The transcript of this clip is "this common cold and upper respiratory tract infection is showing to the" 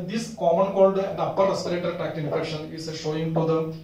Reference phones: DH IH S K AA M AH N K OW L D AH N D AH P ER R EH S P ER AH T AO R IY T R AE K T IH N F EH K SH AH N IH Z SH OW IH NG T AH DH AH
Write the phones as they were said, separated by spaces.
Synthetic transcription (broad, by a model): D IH S K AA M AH N K OW L D AH N D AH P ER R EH S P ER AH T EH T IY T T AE K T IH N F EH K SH AH N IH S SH OW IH NG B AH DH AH